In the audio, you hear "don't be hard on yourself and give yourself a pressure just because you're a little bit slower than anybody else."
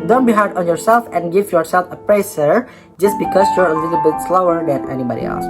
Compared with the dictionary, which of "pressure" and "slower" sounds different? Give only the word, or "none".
pressure